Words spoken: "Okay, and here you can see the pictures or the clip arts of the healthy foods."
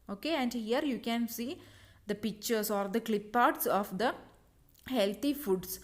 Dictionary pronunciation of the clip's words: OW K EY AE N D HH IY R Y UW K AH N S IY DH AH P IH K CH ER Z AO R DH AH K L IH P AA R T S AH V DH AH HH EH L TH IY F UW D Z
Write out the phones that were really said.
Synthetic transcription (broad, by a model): OW K EY AE N D HH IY R Y UW K AH N S IY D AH P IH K CH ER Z AO R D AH K L IH P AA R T S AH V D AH HH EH L T IY F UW D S